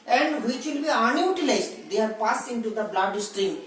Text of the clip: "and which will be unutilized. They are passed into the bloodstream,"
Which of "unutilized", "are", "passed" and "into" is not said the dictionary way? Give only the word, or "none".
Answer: passed